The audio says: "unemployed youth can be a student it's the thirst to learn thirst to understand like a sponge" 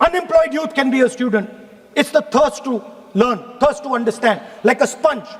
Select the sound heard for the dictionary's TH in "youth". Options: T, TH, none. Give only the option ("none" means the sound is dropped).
T